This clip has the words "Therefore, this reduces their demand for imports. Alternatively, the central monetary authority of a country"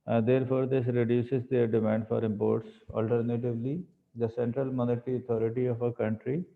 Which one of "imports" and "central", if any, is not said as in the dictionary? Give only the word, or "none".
none